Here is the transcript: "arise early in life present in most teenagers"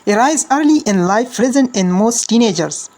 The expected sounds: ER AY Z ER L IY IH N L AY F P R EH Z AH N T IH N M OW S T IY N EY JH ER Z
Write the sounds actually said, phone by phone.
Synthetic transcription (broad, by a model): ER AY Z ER L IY IH N L AY F R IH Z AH N IH N M OW S T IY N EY JH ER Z